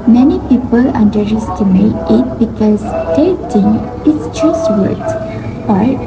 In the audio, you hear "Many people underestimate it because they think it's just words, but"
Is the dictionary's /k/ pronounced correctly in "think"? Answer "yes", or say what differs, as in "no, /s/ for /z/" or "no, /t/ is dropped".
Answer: no, /k/ is dropped